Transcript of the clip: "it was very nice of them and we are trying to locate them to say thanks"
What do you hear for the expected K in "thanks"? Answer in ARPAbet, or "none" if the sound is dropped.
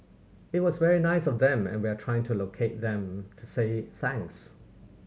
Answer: K